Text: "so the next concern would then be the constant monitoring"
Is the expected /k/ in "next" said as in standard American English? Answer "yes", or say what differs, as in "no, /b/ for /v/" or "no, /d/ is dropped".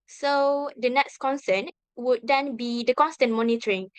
yes